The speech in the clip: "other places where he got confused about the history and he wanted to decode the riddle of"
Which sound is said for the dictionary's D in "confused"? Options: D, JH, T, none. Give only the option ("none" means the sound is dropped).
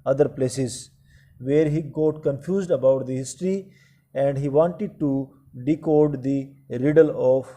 D